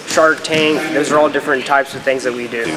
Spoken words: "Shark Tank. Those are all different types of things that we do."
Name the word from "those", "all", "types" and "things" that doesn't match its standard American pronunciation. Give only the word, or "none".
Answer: none